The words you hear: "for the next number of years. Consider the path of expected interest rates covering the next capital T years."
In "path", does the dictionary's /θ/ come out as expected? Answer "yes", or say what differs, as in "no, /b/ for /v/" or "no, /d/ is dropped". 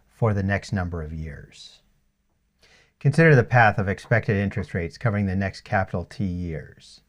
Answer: yes